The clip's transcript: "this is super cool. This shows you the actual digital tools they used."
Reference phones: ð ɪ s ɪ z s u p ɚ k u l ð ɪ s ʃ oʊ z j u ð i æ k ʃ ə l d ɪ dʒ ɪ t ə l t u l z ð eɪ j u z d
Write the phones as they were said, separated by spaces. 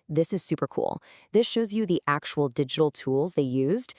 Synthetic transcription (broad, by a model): ð ɪ s ɪ z s u p ɚ k u l ð ɪ s ʃ oʊ z j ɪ ð i æ k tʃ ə l d ɪ dʒ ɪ t l t u l z ð eɪ j u z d